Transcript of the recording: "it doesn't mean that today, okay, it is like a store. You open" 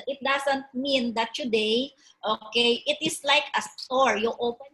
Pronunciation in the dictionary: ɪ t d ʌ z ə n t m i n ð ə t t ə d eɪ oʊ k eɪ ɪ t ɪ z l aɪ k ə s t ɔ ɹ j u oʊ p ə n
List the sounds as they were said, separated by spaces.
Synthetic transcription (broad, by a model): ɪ t d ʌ s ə n t m i n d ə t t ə d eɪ oʊ k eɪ ɪ t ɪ s l aɪ k ə s t ɔ ɹ j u oʊ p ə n